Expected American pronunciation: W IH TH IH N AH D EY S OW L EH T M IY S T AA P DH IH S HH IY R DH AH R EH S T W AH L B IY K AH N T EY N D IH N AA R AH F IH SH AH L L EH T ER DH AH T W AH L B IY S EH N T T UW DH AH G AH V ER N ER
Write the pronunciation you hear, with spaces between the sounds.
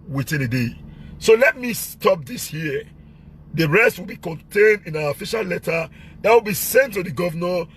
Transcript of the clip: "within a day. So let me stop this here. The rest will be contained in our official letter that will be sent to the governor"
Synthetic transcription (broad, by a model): W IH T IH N AH D EY S OW L EH T M IY S T AA P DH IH S HH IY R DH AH R EH S T W AH L B IY K AH N T EY N D IH N AA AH F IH SH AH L L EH T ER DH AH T W AH L B IY S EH N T T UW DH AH G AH V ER N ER